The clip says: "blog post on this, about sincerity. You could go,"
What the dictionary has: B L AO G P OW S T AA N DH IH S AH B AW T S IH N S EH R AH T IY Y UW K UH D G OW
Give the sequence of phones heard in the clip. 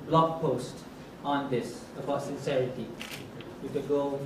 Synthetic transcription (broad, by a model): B L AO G P OW S T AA N DH IH S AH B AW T S IH N S EH R AH T IY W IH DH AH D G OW